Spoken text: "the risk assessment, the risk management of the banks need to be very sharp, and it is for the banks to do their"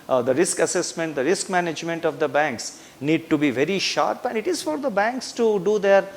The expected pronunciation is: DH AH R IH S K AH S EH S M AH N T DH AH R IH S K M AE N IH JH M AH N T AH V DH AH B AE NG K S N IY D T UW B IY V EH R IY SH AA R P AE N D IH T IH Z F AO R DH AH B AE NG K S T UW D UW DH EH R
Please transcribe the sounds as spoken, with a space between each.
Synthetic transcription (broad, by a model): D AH R IH S K AH S EH S M AH N T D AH R IH S K M AE N IH JH M AH N T AH V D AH B AE NG K S N IY D T UW B IY V EH R IY SH AA R P AE N D IH T IH Z F AO R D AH B AE NG K S T UW D UW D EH R